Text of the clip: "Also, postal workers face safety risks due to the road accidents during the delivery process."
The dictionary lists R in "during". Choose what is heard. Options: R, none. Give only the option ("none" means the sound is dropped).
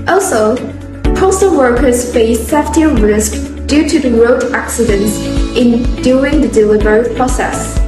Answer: none